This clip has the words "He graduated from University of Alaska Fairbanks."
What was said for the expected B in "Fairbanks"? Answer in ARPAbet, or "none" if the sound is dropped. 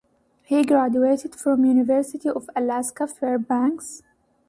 B